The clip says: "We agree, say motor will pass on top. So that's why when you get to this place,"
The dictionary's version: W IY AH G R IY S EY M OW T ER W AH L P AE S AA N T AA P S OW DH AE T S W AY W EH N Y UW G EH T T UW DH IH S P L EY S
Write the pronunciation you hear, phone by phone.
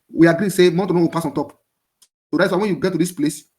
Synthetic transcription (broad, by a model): W IY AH G R IY S EY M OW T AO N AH W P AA S AA N T AA P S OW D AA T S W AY W EH N Y UW G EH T T UW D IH S P L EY S